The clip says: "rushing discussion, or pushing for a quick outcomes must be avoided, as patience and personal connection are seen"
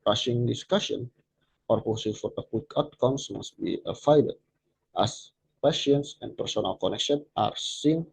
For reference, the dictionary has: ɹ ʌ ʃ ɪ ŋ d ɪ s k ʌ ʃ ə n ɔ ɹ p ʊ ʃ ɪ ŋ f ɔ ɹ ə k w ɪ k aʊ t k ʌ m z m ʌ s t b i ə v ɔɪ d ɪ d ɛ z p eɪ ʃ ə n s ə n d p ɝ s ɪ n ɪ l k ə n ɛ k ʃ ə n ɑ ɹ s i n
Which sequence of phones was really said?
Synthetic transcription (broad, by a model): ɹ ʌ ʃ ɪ ŋ d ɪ s k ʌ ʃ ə n ɔ ɹ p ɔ s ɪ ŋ f ɔ ɹ ə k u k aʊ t k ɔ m s m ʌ s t b i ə f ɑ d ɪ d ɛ s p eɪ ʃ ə n s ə n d p ɝ s ɪ n ɪ l k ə n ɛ k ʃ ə n ɑ ɹ s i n